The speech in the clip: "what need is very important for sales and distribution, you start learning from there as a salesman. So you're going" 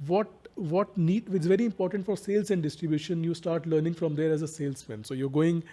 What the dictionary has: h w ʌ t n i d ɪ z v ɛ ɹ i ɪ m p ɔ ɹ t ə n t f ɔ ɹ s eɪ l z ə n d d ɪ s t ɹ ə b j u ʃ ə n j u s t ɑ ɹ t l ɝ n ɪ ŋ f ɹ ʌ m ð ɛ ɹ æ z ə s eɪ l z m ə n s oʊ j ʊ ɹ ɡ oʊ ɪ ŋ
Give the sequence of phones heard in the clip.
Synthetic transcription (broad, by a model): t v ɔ t n i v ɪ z v ɛ ɹ i ɪ m p ɔ ɹ t ə n t f ɔ ɹ s eɪ l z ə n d d ɪ s t ɹ ə b j u ʃ ə n j u s t ɑ ɹ t l ɝ n ɪ ŋ f ɹ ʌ m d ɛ ɹ æ z ə s eɪ l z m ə n s oʊ j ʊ ɹ ɡ oʊ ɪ ŋ